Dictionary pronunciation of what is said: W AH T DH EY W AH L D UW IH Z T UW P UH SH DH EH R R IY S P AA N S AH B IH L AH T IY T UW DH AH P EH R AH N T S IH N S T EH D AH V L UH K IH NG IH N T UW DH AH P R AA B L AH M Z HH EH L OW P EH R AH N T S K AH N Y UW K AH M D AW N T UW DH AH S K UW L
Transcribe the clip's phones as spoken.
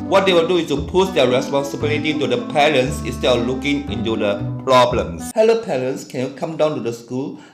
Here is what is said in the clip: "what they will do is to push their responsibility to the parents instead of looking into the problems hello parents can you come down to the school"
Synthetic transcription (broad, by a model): W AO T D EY W AH L D UW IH S T UW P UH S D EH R R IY S P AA N S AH B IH L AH T IY T UW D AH P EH R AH N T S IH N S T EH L L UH K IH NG IH N T UW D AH P R AA B L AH M S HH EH L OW P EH R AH N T S K AH N Y UW K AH M D AW N T UW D AH S K UW L